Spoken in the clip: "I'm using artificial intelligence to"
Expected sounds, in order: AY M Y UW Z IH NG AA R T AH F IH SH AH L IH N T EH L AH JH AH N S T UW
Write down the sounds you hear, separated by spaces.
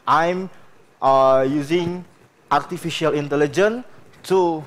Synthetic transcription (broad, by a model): AY M Y UW Z IH NG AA R T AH F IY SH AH L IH N T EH L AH JH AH N T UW